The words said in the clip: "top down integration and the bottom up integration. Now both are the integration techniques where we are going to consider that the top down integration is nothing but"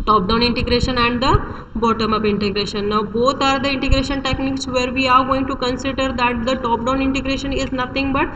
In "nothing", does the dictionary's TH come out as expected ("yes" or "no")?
no